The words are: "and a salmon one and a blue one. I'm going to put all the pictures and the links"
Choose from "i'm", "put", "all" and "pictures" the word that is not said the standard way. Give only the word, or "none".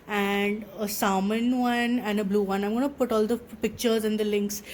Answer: none